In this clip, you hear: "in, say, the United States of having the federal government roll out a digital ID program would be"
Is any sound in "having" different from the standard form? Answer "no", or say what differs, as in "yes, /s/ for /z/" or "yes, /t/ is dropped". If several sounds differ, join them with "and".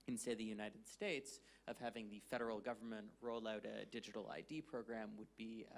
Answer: no